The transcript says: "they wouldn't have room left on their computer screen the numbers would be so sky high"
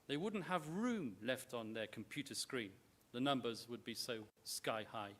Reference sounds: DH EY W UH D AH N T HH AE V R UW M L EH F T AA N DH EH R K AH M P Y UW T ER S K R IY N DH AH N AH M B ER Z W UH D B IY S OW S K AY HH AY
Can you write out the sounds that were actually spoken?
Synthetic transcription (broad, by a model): DH EY W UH D N T HH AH V R UW M L EH F T N DH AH R K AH M P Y UW T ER S K R IY N DH AH N AH M B ER Z W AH D B IY S OW S K AY HH AY